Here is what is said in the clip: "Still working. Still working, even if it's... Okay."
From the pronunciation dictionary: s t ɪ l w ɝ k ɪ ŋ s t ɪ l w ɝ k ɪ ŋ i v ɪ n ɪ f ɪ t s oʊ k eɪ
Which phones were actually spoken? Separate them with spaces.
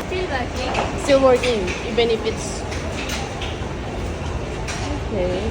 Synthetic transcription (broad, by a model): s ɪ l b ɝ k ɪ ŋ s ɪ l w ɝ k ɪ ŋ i b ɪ n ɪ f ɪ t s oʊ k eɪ